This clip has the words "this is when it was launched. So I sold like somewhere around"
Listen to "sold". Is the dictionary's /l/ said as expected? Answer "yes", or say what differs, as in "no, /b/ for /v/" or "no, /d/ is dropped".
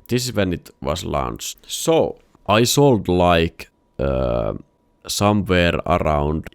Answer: yes